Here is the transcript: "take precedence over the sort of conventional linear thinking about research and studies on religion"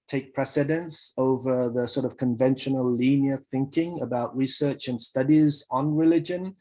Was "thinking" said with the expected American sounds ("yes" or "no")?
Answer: yes